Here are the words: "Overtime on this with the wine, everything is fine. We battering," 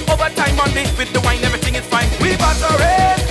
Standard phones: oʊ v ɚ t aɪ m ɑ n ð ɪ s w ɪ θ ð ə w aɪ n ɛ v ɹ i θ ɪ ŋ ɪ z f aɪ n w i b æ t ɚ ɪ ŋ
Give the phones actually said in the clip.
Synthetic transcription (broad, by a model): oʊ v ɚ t aɪ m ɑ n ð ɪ w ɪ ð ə w aɪ n ɛ v ɹ i θ ɪ ŋ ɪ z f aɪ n w i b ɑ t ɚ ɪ